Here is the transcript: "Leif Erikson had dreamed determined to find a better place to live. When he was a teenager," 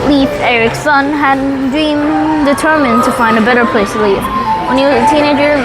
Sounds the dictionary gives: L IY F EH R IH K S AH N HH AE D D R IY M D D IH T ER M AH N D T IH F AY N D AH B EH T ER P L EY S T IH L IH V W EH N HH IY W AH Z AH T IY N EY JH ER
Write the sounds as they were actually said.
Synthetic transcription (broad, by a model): L IY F EH R IH K S AH N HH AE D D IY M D D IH T ER M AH N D T IH F AY N D AH B EH T ER P L EY S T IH L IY F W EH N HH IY W AH Z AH T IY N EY JH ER